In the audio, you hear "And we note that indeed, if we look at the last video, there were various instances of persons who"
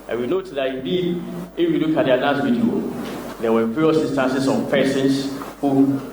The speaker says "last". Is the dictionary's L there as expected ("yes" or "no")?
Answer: no